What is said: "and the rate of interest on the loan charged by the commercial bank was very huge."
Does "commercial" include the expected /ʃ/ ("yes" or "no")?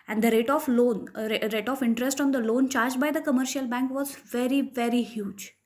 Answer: yes